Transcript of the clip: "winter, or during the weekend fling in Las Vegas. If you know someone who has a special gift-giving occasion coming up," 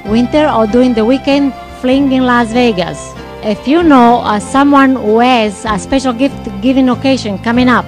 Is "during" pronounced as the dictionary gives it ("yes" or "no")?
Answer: no